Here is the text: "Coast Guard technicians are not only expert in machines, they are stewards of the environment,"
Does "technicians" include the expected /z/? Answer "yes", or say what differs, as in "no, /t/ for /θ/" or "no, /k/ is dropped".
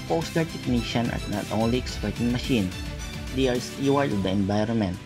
no, /z/ is dropped